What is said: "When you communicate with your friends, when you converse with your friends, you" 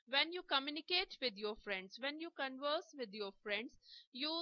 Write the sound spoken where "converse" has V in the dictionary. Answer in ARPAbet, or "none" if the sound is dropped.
V